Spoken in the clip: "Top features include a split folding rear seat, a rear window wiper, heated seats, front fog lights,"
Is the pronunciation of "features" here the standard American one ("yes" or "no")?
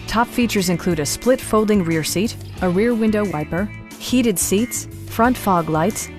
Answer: yes